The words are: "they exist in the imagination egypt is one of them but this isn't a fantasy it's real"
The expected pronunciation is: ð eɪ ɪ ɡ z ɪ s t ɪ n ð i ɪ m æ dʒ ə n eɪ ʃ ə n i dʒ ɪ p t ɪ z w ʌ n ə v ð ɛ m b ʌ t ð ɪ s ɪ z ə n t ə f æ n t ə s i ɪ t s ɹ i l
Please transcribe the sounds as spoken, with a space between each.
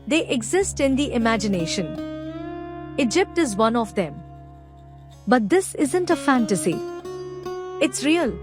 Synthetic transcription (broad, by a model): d eɪ ɪ ɡ z ɪ s t ɪ n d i ɪ m æ dʒ ə n eɪ ʃ ə n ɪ dʒ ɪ p t ɪ z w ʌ n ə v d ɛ m b ʌ t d ɪ s ɪ z ə n t ə f æ n t ə s i ɪ t s ɹ i l